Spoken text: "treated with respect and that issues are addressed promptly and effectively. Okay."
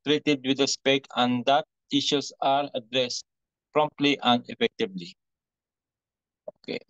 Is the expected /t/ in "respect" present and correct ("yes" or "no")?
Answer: no